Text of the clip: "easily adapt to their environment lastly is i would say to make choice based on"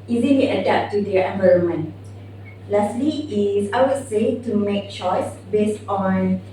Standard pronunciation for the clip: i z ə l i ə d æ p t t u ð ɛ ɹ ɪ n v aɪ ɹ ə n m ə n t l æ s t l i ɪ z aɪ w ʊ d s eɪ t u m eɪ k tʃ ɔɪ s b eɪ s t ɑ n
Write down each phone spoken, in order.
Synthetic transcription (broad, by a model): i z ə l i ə d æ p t t u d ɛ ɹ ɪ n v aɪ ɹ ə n m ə n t l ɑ s t l i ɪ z aɪ w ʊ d s eɪ t u m eɪ k tʃ ɔɪ s b eɪ s t ɑ n